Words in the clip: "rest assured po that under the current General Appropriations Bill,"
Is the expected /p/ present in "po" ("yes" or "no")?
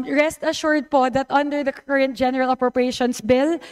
yes